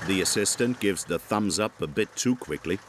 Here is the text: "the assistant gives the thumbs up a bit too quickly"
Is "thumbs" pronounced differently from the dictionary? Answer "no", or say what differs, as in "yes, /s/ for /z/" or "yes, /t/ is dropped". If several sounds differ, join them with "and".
no